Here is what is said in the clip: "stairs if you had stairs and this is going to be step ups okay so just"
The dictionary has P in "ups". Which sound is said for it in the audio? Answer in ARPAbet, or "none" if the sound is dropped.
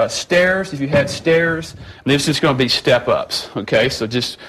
P